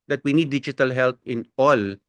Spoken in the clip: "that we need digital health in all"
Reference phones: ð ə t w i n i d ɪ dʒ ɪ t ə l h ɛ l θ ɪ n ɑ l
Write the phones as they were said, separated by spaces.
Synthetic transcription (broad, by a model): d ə t w i n i d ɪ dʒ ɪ t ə l h ɛ l t ɪ n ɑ l